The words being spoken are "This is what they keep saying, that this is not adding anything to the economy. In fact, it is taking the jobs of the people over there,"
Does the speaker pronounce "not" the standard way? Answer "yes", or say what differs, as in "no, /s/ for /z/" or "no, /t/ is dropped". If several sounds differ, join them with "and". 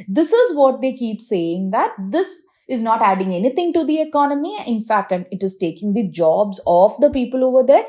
yes